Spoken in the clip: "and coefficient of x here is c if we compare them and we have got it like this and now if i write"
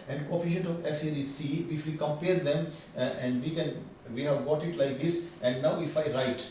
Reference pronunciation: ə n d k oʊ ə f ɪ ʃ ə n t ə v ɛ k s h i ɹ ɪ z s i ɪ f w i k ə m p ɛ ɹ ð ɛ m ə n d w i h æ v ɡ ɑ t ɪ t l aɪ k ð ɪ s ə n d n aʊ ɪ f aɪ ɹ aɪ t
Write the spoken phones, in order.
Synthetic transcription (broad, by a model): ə n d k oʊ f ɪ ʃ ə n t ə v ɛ s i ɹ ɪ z s i ɪ f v i k ə m p ɛ ɹ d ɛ m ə n d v i h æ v ɡ ɑ t ɪ t l aɪ k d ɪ s ə n d n aʊ ɪ f aɪ ɹ aɪ t